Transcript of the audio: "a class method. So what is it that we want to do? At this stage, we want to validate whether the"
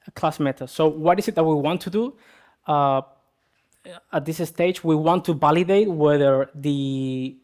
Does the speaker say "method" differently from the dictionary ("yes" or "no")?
yes